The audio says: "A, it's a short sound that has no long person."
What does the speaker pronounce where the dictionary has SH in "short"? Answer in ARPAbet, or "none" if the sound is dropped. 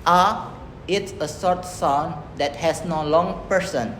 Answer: S